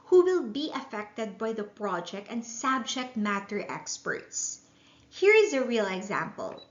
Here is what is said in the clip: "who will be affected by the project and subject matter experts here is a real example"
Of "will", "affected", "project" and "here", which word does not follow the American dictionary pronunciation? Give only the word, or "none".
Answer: none